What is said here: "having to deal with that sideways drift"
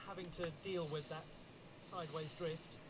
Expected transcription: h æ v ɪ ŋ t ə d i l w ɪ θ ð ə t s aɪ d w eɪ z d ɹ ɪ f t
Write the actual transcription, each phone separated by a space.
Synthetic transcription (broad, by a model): h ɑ v ɪ ŋ t ə d i l w ɪ ð ə t s aɪ d w eɪ z d ɹ ɪ f t